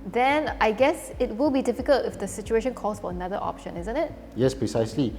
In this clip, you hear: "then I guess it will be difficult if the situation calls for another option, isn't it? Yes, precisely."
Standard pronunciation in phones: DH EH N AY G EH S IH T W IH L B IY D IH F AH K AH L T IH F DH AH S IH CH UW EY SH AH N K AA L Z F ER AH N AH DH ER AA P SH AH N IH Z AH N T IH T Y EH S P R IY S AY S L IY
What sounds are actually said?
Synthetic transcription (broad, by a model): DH EH N AY G EH S IH T W IH L B IY D IH F AH K AH L T IH F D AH S IH CH UW EY SH AH N K AA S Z F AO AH N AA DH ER AA P SH AH N IH Z AH N T IH T Y EH S P R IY S AY S L IY